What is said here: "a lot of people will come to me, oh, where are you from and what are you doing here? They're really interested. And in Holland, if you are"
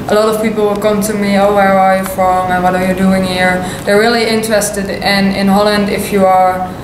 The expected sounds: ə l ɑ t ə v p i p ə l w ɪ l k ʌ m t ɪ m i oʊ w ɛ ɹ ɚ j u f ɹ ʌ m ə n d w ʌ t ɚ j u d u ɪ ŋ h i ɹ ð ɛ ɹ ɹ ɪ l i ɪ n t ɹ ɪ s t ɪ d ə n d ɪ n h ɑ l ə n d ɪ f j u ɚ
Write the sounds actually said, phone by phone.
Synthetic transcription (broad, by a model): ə l ɑ t ə v p i p l w ɪ l k ʌ m t ɪ m i oʊ w ɛ ɹ ɚ j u f ɹ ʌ m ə n w ʌ t ɚ j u d u ɪ ŋ h i ɹ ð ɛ ɹ ɹ ɪ l i ɪ n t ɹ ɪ s t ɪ d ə n ɪ n h ɑ l ə n d ɪ f j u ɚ